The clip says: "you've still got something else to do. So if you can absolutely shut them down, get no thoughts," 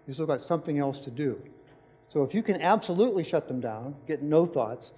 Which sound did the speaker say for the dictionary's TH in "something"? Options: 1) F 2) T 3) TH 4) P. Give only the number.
3